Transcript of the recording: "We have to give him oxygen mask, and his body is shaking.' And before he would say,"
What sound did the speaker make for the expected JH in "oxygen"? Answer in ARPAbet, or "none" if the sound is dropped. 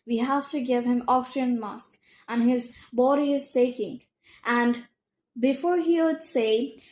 none